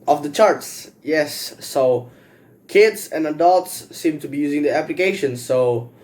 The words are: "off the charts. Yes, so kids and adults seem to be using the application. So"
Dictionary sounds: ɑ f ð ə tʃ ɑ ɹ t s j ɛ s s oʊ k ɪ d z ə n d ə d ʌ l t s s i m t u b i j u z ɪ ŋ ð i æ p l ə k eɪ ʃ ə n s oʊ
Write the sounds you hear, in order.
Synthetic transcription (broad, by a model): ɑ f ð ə tʃ ɑ ɹ t s j ɛ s s oʊ k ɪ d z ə n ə d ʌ l t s s i m t u b i j u z ɪ ŋ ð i æ p l ə k eɪ ʃ ə n s oʊ